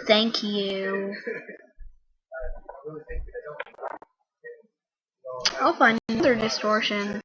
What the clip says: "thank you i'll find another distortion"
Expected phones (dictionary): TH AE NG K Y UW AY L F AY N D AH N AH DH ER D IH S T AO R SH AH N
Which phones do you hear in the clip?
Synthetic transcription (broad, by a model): TH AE NG K Y UW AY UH F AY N AH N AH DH ER D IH S T AO R SH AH N